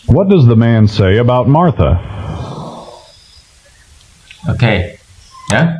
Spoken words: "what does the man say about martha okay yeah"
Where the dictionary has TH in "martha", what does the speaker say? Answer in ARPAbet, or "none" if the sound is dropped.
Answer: TH